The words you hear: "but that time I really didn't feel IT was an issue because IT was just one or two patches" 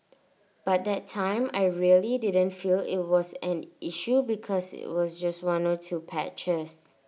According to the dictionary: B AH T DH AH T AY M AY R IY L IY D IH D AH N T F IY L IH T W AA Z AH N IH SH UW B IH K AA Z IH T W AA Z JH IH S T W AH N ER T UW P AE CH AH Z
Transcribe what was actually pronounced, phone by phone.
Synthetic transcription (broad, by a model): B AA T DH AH T AY M AY R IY L IY D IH D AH N T F IY L IH T W AA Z AH N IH SH UW B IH K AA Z IH T W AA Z JH IH S T W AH N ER T UW P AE CH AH S